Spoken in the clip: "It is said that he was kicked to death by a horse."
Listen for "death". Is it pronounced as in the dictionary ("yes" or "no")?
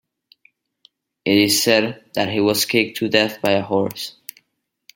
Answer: yes